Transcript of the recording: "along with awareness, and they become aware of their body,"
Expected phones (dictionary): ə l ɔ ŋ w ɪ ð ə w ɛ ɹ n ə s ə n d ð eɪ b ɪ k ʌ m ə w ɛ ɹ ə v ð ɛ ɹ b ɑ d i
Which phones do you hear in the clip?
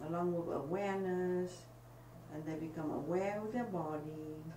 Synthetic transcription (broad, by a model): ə l ɔ ŋ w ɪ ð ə w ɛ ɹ n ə s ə n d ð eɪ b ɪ k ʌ m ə w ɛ w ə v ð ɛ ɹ b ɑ d i